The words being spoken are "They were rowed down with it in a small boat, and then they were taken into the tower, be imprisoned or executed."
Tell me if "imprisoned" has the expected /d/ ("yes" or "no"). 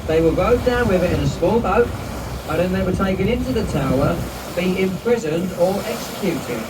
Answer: yes